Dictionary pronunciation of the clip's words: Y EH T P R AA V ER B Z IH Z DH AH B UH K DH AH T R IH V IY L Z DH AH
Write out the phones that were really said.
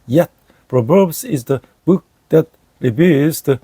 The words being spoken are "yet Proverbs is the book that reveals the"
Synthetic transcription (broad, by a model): Y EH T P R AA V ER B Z IH Z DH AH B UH K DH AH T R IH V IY Z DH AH